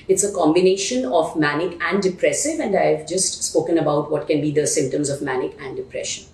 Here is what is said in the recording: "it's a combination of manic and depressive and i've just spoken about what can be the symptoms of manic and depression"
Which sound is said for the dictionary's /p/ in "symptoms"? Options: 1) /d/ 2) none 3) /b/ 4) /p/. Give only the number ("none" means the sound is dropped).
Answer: 4